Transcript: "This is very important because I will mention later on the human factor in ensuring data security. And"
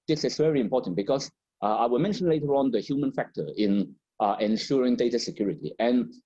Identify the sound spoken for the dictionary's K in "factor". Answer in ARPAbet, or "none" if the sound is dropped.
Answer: K